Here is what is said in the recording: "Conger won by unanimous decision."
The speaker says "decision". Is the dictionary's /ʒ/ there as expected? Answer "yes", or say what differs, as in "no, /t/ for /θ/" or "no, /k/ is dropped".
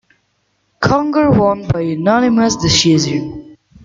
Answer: no, /z/ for /ʒ/